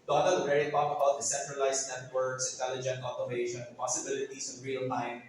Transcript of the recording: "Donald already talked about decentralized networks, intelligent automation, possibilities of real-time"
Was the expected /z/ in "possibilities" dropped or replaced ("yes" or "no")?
yes